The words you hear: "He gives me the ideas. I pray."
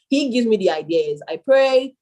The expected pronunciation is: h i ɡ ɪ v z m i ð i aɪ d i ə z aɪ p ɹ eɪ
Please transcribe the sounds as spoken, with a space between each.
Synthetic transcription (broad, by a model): h i ɡ ɪ v z m i ð i aɪ d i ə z aɪ p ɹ eɪ